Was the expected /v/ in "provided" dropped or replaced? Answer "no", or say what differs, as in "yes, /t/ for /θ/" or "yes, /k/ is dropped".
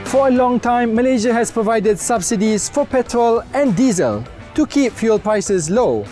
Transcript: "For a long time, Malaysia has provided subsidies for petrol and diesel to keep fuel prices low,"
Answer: no